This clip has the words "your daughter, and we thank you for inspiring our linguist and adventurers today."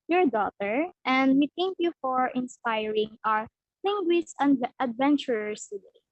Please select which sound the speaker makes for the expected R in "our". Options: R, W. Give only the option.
R